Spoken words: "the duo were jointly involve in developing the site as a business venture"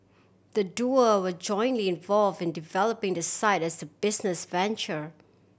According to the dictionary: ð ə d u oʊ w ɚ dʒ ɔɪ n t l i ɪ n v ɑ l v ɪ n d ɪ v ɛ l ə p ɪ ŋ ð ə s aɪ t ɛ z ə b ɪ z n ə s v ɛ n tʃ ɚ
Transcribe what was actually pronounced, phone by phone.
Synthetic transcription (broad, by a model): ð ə d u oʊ w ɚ dʒ ɔɪ n t l i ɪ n v ɑ l v ɪ n d ɪ v ɛ l ə p ɪ ŋ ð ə s aɪ t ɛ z ə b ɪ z n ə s v ɛ n tʃ ɚ